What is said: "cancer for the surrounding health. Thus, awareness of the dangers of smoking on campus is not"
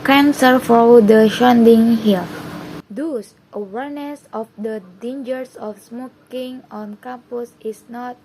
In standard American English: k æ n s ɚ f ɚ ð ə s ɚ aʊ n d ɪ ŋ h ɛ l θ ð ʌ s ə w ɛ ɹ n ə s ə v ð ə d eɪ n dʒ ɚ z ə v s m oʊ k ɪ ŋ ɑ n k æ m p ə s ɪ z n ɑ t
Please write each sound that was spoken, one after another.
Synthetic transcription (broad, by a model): k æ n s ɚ f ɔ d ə ʃ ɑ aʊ n d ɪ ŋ h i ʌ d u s ə w ɛ ɹ n ə s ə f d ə d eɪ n dʒ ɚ s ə f s m oʊ k ɪ ŋ ɑ n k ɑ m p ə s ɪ s n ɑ t